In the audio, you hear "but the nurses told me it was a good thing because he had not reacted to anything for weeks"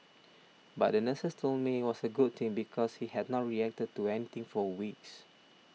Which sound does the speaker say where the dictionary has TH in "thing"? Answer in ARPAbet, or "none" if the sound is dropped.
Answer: T